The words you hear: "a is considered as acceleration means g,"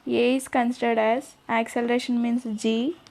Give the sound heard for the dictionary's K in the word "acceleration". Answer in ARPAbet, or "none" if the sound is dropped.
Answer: K